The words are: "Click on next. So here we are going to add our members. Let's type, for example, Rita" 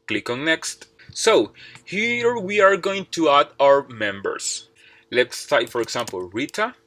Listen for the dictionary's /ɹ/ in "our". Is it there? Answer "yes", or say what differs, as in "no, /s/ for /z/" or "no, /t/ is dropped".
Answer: yes